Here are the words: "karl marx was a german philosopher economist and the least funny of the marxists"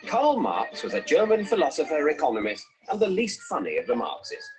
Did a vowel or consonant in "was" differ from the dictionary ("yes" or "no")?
no